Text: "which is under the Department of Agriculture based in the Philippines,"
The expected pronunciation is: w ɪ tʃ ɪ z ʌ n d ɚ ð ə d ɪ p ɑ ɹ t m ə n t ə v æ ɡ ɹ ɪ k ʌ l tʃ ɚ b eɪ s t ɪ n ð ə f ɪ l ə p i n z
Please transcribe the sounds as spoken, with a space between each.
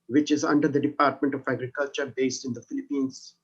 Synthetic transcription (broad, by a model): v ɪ tʃ ɪ z ʌ n d ɚ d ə d ɪ p ɑ ɹ t m ə n t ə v æ ɡ ɹ ɪ k ʌ l tʃ ɚ b eɪ s t ɪ n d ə f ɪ l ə p i n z